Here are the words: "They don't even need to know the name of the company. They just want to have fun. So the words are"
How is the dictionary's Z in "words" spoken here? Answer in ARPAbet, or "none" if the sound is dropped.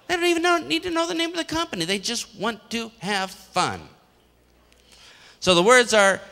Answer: Z